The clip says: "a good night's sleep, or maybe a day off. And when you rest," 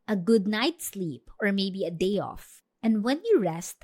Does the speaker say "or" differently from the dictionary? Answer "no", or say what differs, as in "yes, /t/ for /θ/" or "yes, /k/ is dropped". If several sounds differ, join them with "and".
no